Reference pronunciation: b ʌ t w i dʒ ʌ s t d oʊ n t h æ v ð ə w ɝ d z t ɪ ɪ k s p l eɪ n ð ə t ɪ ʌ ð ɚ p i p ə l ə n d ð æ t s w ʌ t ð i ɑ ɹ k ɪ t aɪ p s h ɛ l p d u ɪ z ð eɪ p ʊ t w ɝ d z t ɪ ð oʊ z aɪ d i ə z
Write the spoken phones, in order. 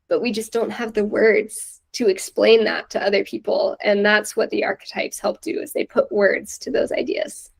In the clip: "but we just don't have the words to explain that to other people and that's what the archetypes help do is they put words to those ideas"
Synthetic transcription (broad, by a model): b ʌ t w i dʒ ʌ s d oʊ n t h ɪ v ð ə w ɝ d z t ɪ ɪ k s p l eɪ n ð ə t ɪ ʌ ð ɚ p i p l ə n ð æ t s w ʌ t ð i ɑ ɹ k ɪ t aɪ p s h ɛ l p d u ɪ z ð eɪ p ʊ t w ɝ d z t ɪ ð oʊ z aɪ d i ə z